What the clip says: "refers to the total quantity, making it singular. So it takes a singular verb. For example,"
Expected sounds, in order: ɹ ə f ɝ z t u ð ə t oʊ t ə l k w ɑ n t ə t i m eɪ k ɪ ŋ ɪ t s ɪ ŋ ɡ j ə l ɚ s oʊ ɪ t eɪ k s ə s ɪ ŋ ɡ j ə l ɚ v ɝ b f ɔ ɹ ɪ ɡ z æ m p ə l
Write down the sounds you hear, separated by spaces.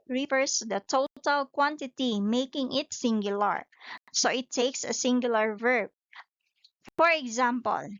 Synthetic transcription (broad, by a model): ɹ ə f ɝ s t u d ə t oʊ t ə l k w ɑ n t ə t i m eɪ k ɪ ŋ ɪ t s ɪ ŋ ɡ j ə l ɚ s oʊ ɪ t eɪ k s ə s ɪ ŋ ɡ j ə l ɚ v ɝ b f ɔ ɹ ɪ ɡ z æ m p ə l